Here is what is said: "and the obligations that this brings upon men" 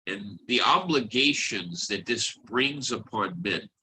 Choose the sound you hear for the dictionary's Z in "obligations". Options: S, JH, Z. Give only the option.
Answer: Z